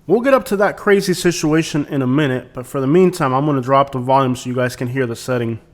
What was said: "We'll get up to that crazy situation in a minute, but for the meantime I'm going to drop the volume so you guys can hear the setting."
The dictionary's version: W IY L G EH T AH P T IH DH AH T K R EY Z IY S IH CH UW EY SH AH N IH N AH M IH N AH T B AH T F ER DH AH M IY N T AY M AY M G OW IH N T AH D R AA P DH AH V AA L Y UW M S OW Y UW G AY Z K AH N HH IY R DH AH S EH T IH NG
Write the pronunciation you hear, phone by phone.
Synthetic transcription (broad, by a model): W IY L G EH T AH P T IH DH AH T K R EY Z IY S IH CH UW EY SH AH N IH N AH M IH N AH T B AH T F ER DH AH M IY N T AY M AY M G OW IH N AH D R AA P DH AH V AA L Y UW M S OW Y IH G AY Z K AH N HH IY R DH AH S EH T IH NG